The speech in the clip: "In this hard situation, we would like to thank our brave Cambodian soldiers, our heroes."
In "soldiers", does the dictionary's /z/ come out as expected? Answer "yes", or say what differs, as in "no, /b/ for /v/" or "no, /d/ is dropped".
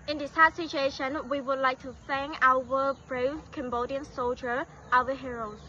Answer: no, /z/ is dropped